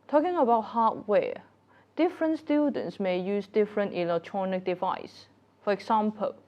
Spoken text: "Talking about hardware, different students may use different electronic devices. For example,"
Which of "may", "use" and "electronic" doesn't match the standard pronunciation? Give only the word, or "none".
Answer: none